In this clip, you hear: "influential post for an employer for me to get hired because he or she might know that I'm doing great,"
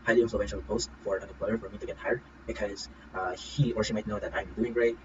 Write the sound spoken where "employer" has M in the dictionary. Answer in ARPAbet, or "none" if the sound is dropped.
none